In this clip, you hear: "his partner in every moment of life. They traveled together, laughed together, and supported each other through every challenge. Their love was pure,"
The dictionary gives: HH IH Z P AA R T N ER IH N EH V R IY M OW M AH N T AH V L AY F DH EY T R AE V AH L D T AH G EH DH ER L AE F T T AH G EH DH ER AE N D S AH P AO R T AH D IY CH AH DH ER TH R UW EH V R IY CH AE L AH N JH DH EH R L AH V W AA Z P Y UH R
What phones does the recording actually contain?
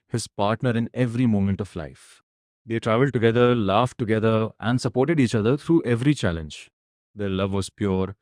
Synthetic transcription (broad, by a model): HH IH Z P AA R T N ER IH N EH V R IY M OW M AH N T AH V L AY F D EY T R AE V AH L D T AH G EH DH ER L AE F T T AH G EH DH ER AE N D S AH P AO R T AH D IY CH AH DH ER T R UW EH V R IY CH AE L AH N JH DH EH R L AH V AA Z P Y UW R